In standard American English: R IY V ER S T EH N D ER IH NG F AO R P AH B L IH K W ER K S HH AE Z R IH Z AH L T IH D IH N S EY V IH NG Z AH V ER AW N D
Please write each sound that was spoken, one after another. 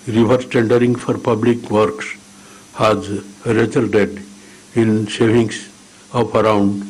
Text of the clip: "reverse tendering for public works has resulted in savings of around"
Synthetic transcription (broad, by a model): R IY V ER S T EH N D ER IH NG F AO R P AH B L IH K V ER K S HH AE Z R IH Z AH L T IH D IH N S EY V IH NG S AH P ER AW N D